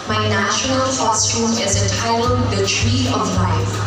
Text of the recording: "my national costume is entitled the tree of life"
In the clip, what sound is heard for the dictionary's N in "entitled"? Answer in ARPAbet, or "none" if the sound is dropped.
none